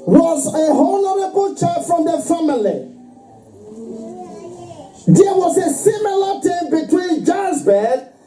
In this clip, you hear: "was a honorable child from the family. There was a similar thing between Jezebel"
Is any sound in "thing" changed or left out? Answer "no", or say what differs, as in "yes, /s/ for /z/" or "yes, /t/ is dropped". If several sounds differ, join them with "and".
yes, /t/ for /θ/